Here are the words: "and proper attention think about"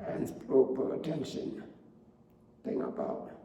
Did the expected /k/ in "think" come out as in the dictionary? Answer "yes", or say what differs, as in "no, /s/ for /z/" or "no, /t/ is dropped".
no, /k/ is dropped